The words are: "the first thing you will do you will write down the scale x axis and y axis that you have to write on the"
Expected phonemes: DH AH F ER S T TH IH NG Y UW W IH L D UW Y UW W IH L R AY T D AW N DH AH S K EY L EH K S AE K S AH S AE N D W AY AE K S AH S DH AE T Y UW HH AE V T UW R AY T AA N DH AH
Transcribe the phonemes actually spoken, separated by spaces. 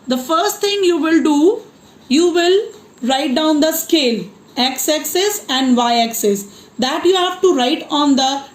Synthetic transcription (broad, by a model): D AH F ER S T T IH NG Y UW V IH L D UW Y UW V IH L R AY T D AW N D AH S K EY L EH K S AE K S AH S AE N D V AY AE K S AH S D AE T Y UW HH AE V T UW R AY T AA N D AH